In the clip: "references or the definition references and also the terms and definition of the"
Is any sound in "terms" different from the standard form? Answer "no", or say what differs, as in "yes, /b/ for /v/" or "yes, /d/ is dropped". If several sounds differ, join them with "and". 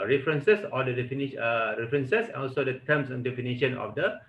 yes, /s/ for /z/